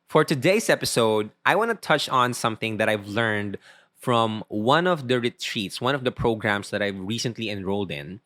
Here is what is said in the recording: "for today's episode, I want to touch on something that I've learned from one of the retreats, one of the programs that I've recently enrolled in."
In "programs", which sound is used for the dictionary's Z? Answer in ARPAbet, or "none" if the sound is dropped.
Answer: S